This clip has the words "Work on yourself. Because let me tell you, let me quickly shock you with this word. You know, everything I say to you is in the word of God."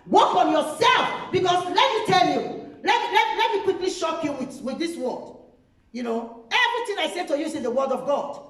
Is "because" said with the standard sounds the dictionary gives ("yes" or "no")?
no